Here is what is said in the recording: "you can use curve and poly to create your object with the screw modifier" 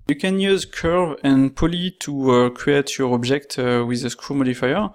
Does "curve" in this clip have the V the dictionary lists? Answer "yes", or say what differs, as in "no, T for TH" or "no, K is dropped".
yes